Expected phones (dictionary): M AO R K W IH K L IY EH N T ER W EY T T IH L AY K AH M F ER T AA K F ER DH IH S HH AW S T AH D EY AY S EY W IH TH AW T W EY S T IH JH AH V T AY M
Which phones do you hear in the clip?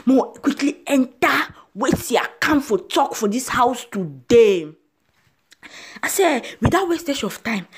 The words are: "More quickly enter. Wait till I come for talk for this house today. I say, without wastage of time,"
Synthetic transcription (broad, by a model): M AO K W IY K L IY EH N T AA W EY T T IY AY K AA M F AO T AA K F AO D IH S HH AW S T AH D EY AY S EY W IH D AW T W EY S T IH SH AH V T AY M